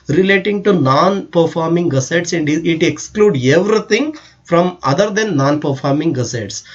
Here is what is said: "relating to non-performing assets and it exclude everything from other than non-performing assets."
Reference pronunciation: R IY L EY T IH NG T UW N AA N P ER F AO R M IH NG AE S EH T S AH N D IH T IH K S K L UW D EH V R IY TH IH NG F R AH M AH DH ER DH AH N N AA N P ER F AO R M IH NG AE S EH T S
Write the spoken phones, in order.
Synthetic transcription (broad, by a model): R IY L EY T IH NG T UW N AA N P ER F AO R M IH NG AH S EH T S AH N D IH T IH K S K L UW D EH V R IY T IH NG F R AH M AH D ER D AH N N AA N P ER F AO R M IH NG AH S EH T S